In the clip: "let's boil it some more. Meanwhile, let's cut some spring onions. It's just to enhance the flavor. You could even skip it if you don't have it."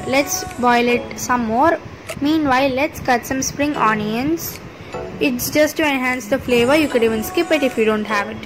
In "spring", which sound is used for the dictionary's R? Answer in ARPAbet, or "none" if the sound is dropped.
R